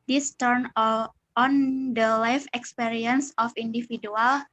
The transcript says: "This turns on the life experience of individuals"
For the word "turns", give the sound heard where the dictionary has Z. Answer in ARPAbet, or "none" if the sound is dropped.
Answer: none